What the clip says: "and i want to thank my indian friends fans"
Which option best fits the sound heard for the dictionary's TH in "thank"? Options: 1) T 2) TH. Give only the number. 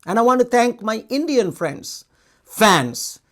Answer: 1